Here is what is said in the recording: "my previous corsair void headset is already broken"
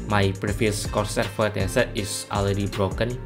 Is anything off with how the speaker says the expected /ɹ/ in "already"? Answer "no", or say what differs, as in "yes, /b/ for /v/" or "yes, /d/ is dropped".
yes, /l/ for /ɹ/